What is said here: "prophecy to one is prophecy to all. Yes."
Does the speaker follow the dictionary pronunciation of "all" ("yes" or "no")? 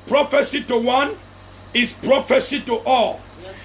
yes